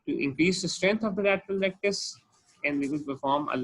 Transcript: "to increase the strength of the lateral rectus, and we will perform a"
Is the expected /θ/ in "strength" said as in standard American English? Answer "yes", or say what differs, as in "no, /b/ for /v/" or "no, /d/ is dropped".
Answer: no, /t/ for /θ/